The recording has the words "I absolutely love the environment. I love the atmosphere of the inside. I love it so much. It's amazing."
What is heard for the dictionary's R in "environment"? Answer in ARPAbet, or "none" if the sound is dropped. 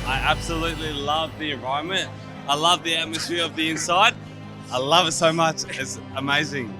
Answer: none